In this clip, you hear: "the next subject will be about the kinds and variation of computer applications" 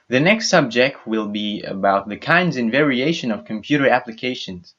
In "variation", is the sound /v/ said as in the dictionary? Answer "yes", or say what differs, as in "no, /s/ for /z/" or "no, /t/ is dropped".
yes